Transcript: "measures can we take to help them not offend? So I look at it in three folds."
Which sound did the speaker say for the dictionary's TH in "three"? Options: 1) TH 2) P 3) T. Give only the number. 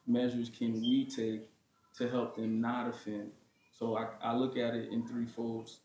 1